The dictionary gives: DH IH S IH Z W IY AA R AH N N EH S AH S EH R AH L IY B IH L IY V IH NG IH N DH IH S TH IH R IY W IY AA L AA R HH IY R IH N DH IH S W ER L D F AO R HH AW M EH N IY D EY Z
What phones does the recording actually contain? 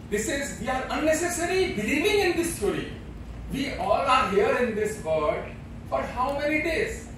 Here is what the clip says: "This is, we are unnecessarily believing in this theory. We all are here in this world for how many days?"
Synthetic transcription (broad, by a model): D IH S IH Z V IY AA R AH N N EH S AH S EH R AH L IY B IH L IY V IH NG IH N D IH S T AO R IY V IY AA L AA R HH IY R IH N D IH S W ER D F AO R HH AW M EH N IY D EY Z